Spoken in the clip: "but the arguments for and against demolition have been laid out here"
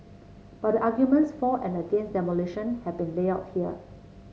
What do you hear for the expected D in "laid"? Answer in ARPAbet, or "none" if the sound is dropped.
none